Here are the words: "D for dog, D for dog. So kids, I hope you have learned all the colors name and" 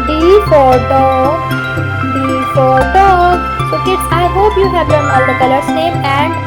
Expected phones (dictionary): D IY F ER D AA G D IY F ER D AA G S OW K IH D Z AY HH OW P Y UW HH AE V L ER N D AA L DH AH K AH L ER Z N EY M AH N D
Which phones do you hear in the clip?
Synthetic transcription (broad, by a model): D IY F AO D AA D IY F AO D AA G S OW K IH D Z AY HH OW P Y UW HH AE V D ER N AA L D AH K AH L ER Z N EY M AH N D